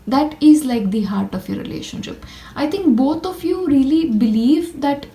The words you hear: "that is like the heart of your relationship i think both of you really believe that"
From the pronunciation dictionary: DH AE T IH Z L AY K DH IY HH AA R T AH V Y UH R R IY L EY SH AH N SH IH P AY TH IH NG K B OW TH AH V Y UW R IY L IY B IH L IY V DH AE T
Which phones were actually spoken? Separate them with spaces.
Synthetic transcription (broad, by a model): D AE T IH Z L AY K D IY HH AA R T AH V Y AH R R IY L EY SH AH N SH IH P AY T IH NG K B OW T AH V Y UW R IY L IY B IH L IY V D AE T